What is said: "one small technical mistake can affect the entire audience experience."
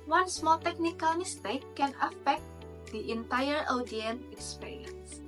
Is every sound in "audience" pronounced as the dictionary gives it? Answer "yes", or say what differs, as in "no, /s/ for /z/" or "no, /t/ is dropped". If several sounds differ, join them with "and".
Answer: no, /s/ is dropped